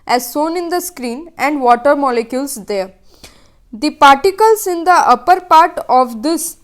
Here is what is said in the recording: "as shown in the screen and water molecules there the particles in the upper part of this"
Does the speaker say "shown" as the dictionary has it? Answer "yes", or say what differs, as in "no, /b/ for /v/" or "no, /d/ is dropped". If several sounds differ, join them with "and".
no, /s/ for /ʃ/